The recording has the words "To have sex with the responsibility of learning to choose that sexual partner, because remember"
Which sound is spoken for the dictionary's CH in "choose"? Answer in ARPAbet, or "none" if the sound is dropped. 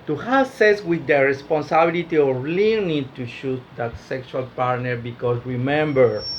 SH